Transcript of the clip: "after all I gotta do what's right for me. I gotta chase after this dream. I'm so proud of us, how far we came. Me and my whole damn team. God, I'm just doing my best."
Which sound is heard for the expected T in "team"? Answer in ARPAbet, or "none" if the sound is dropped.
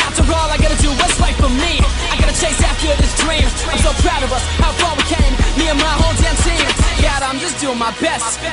S